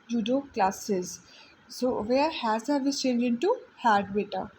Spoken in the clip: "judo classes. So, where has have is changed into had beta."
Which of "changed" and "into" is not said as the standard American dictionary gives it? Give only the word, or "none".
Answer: changed